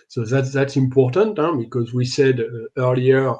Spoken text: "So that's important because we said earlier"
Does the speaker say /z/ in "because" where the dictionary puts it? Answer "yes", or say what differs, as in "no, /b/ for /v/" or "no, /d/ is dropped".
yes